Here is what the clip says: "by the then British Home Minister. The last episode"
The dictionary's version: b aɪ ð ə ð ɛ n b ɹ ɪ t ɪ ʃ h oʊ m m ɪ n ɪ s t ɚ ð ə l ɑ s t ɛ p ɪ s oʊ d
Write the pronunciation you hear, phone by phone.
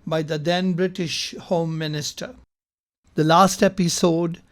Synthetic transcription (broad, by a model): b aɪ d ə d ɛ n b ɹ ɪ t ɪ ʃ h oʊ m m ɪ n ɪ s t ɚ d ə l ɑ s t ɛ p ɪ s oʊ d